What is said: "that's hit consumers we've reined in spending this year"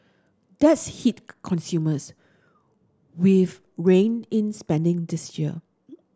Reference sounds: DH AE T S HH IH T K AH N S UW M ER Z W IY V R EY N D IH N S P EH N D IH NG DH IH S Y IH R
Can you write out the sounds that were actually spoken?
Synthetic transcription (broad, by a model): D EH T S HH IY T K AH N S UW M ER S W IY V R EY N IH N S P EH N D IH NG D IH S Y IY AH